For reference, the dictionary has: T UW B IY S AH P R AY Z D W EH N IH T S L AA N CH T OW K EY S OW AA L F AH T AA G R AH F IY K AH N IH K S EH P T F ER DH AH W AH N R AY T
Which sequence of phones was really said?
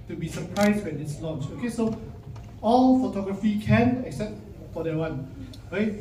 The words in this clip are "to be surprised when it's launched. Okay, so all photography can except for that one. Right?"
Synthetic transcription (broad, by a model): T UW B IY S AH P R AY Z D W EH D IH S L AA N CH OW K EY S OW AA L F AH T AA G R AH F IY K AH N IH K S EH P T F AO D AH W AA N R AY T